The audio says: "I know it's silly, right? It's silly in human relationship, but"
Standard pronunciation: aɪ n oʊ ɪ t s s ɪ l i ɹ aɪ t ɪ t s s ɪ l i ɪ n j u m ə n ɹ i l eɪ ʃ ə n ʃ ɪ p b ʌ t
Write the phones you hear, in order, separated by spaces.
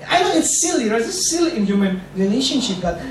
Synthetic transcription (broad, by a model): aɪ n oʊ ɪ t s s ɪ l i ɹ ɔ ɪ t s s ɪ l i ɪ n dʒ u m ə n ɹ i l eɪ ʃ ə n ʃ ɪ p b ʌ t